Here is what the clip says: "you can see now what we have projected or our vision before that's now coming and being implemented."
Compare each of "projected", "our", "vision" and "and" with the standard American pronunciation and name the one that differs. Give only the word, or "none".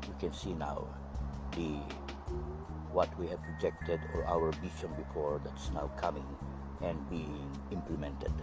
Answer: vision